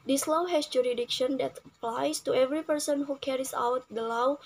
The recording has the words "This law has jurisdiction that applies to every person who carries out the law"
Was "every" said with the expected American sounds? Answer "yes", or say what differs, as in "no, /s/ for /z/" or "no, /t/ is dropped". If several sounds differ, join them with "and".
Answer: yes